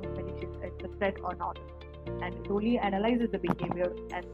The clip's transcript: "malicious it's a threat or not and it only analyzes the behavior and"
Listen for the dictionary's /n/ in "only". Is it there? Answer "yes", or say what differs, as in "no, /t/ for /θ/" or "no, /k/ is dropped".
no, /n/ is dropped